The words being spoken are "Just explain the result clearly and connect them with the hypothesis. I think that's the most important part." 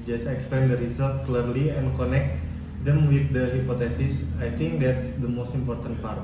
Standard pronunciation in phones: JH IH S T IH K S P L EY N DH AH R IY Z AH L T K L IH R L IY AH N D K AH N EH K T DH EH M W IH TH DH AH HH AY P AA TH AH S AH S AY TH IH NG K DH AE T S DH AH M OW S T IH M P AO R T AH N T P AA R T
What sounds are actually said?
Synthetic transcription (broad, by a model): JH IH S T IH K S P EY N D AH R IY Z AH L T K L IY R L IY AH N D K AH N EH K T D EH M W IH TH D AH HH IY P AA T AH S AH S AY T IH NG K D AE T S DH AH M OW S T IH M P AO R T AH N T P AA R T